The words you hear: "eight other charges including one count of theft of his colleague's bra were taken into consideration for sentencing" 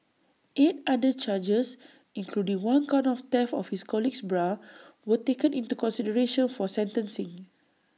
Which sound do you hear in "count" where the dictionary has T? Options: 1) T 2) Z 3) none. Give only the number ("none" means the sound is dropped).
3